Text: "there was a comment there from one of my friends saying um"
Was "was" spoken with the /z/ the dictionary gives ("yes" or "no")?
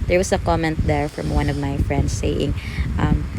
no